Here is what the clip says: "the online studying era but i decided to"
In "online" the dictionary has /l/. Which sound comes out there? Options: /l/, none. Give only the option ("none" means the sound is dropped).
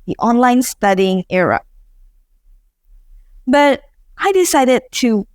/l/